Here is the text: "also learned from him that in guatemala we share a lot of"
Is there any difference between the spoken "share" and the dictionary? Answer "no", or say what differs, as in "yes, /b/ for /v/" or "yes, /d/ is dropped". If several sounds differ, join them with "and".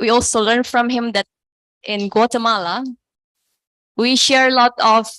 no